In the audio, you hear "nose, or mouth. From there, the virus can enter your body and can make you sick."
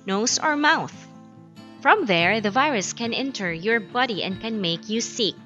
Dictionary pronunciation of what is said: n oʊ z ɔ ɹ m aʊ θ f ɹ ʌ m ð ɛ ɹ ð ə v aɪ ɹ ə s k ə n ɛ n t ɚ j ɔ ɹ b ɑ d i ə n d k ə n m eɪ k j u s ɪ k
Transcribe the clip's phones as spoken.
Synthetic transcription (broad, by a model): n oʊ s ɔ ɹ m aʊ θ f ɹ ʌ m ð ɛ ɹ ð ə v aɪ ɹ ə s k ə n ɛ n t ɚ j ɔ ɹ b ɑ d i ə n d k ə n m eɪ k j u s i k